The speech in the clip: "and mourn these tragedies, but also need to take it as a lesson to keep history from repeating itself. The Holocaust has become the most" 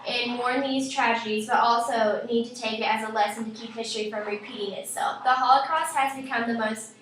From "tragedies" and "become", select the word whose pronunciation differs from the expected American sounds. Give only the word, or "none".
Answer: none